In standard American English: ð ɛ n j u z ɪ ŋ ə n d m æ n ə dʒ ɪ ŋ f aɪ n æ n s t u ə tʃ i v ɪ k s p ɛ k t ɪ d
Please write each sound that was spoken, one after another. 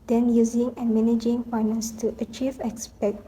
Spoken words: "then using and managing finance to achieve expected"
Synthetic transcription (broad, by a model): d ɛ n j u z ɪ ŋ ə n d m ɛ n dʒ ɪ ŋ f aɪ n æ n s t u ə tʃ i v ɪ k s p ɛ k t